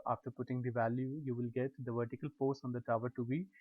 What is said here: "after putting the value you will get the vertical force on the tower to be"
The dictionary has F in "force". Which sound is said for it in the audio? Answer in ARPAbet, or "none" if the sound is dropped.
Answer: P